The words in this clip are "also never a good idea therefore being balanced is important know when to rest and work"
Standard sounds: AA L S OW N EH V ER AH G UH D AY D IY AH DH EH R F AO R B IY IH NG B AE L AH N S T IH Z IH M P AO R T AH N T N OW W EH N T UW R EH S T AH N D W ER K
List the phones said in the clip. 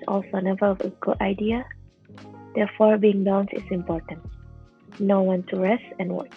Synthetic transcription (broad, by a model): AA L S OW N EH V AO AH G UH D AY D IY AH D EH F AO R B IY IH NG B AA AH N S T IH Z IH M P AO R T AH N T N OW W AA N T UW R EH S T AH N W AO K